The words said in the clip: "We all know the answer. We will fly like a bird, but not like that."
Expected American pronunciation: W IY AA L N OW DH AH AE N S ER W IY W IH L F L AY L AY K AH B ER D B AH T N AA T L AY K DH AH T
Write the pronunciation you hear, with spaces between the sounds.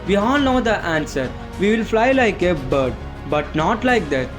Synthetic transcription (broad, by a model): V IY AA N N OW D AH AE N S ER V IY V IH L F L AY L AY K AH B ER D B AH T N AA T L AY K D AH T